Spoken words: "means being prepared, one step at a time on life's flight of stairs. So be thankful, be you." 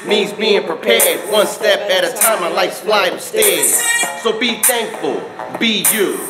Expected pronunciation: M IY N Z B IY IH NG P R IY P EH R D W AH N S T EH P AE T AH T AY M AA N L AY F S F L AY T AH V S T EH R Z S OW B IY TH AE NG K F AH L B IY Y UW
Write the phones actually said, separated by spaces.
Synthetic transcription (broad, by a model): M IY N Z B IY IH NG P R IY P EH R D W AH N S T EH P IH T AH T AY M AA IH L AY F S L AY AH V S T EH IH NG S OW B IY TH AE NG K F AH L B IY Y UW